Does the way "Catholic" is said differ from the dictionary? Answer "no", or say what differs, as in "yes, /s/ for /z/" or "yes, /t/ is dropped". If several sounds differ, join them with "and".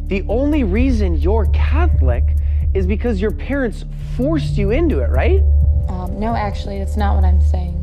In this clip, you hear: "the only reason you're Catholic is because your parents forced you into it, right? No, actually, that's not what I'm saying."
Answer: no